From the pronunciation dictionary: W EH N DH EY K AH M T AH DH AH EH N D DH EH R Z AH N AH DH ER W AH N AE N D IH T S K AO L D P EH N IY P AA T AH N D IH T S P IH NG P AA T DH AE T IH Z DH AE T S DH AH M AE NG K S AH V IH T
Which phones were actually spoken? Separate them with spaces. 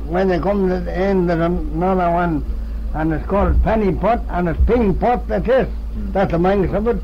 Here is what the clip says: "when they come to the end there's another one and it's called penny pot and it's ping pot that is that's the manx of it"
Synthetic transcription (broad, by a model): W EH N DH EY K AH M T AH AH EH N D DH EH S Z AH N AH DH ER W AH N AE N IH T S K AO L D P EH N IY P AA T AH N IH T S P IH NG P AA T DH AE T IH S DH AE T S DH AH M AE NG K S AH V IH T